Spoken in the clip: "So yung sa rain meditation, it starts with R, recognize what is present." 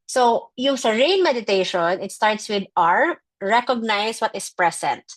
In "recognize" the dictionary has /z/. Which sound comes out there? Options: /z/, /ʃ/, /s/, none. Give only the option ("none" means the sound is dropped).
/s/